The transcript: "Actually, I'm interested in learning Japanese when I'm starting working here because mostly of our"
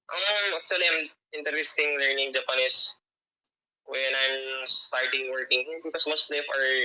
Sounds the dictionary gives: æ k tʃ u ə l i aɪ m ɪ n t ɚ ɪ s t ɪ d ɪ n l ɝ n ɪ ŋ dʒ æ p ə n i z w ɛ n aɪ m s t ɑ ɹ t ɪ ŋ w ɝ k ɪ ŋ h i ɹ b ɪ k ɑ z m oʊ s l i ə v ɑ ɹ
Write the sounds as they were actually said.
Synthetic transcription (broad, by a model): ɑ k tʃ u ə l i aɪ m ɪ n t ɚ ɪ s t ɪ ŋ l ɝ n ɪ ŋ dʒ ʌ p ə n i s w ɛ n aɪ m s t ɑ ɹ t ɪ ŋ w ɝ k ɪ ŋ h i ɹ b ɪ k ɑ s m oʊ s l i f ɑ ɹ